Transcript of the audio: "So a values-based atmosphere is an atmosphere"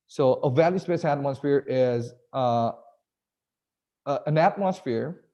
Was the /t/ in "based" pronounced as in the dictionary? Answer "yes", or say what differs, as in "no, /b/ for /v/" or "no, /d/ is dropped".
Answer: no, /t/ is dropped